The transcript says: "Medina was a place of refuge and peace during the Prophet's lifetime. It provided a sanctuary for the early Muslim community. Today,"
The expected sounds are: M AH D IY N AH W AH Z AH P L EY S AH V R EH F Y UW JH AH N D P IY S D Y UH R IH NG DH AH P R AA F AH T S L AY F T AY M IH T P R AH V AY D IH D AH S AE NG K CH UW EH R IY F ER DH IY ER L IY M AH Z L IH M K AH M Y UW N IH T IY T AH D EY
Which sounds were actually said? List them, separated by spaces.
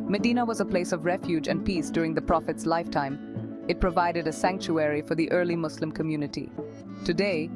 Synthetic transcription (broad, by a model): M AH D IY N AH W AH Z AH P L EY S AH V R EH F Y UW JH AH N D P IY S D Y UH R IH NG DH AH P R AA F AH T S L AY F T AY M IH T P R AH V AY D IH D AH S AE NG K CH UW EH R IY F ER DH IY ER L IY M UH S L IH M K AH M Y UW N IH T IY T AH D EY